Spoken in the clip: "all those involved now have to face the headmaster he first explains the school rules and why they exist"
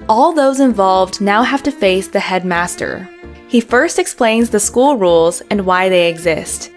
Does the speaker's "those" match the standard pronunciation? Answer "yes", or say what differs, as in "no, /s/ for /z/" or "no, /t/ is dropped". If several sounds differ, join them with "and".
yes